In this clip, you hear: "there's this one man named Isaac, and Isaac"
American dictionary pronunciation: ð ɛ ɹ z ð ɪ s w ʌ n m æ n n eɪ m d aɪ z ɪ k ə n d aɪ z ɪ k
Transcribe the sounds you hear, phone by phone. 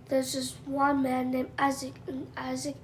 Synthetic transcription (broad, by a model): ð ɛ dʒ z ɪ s w ʌ n m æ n n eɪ m aɪ z ɪ k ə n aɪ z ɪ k